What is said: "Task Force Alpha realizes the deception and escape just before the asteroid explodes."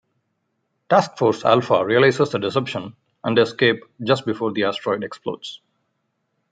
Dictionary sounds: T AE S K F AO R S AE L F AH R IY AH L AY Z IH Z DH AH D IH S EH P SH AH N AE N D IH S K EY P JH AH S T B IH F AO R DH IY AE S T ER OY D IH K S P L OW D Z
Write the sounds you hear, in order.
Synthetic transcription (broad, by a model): T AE S K F AO R S AE L F AH R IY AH L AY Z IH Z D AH D IH S EH P SH AH N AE N D IH S K EY P JH AH S T B IH F AO R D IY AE S T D OY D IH K S P L OW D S